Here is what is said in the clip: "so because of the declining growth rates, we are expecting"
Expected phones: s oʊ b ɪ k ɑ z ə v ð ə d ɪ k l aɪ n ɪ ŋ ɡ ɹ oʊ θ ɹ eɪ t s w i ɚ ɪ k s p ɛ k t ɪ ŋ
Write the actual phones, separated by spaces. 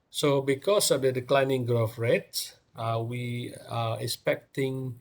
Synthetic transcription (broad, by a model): s oʊ b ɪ k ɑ s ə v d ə d ɪ k l aɪ n ɪ ŋ ɡ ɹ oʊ f ɹ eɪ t s w i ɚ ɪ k s p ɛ k t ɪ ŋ